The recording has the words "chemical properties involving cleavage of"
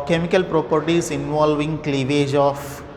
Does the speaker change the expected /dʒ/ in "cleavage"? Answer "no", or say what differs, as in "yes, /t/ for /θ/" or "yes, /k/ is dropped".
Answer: no